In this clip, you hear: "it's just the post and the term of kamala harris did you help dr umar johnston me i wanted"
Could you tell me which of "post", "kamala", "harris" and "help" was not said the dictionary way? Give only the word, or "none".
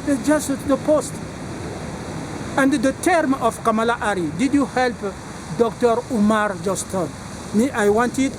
harris